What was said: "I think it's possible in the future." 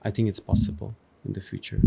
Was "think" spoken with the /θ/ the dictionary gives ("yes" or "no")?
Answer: yes